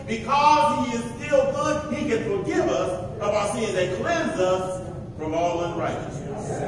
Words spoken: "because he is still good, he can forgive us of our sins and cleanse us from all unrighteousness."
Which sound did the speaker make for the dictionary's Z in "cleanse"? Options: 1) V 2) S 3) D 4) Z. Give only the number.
4